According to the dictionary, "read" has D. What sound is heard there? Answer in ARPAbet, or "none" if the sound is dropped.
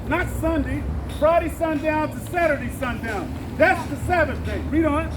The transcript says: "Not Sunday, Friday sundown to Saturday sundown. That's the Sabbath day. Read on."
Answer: D